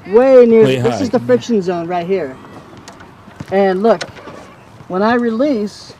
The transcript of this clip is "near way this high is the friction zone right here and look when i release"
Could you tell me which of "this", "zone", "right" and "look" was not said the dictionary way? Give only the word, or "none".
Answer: none